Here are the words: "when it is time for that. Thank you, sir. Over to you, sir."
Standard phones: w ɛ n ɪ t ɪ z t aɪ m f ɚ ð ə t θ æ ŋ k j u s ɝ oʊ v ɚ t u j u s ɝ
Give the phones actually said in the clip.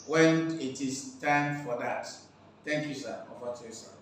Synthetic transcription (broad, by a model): w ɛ n ɪ t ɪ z t aɪ m f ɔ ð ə t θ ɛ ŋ k j u s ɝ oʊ f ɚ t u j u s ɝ